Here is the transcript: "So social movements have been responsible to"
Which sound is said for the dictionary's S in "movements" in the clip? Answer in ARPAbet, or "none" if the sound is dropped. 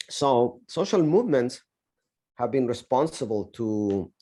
S